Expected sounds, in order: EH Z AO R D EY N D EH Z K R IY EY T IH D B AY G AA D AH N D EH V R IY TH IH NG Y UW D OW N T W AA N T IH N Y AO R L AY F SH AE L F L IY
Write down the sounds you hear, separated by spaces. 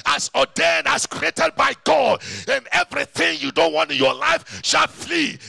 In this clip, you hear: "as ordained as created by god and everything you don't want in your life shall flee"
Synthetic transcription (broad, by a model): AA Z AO D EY N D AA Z K R IY EY T IH D B AY G AA D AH N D EH V R IY TH IH NG Y UW D OW N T W AA N T IH N Y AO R L AY F SH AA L F L IY